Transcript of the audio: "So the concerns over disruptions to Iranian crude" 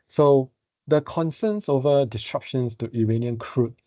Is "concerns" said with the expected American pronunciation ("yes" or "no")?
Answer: no